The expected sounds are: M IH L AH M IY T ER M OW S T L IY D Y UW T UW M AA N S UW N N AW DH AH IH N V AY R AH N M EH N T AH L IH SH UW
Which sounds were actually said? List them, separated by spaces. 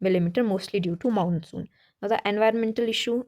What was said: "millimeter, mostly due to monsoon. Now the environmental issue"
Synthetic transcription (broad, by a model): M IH L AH M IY T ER M OW S T L IY D Y UW T UW M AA N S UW N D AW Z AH IH N V AY R AH N M EH N T AH L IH SH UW